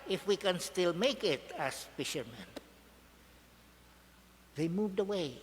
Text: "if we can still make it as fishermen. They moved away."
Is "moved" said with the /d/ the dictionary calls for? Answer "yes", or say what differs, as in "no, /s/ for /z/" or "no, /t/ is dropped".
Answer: yes